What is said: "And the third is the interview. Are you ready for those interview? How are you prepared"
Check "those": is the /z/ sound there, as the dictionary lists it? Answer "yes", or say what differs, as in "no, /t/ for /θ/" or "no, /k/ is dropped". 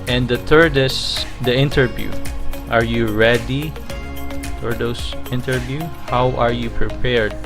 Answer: no, /s/ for /z/